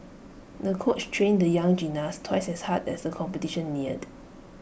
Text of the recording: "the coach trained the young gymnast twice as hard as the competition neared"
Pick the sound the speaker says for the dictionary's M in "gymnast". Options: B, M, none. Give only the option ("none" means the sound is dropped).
none